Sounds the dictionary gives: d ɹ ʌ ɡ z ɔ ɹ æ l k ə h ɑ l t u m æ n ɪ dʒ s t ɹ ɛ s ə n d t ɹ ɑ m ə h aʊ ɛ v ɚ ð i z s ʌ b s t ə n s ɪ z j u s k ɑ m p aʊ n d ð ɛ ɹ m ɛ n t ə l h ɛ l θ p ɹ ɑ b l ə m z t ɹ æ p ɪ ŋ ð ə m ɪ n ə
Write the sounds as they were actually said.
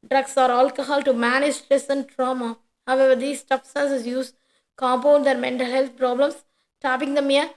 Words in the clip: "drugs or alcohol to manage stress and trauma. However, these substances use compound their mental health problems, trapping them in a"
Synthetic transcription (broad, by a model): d ɹ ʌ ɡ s ɔ ɹ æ l k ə h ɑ l t u m æ n ɪ dʒ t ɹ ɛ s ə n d t ɹ ɑ m ə h aʊ ɛ v ɚ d i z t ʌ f s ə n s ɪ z j u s k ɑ m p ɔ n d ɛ ɹ m ɛ n t ə l h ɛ l t p ɹ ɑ b l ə m s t æ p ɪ ŋ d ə m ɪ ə